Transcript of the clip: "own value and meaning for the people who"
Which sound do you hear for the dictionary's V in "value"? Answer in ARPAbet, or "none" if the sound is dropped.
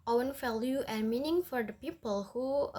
F